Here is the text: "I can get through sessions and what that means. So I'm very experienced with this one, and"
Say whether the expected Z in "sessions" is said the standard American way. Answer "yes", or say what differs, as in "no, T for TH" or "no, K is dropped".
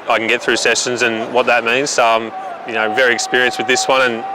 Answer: yes